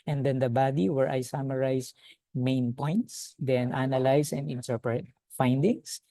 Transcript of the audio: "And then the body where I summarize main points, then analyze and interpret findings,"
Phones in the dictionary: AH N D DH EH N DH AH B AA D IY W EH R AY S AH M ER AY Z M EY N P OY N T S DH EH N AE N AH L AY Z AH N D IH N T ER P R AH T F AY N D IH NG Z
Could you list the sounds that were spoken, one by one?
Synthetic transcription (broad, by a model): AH N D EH N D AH B AA D IY W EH R AY S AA M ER AY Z M EY N P OY N T S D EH N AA N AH L AY S AH N D IH N T ER P R AH T F AY N D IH NG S